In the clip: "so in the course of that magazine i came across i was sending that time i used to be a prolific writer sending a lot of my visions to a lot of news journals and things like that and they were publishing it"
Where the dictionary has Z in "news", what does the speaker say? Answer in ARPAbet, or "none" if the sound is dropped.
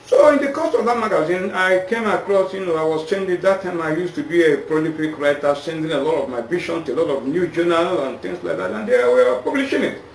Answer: none